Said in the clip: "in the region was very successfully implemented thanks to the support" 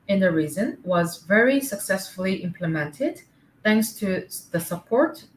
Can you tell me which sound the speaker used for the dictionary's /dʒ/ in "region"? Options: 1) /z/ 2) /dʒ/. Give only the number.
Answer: 1